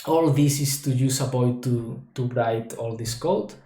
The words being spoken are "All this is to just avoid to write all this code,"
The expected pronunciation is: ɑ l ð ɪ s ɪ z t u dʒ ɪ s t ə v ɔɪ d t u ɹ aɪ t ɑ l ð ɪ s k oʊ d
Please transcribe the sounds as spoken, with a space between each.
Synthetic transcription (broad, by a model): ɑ l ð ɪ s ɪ s t u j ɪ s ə p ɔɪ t t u ɹ aɪ t ɑ l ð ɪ s k oʊ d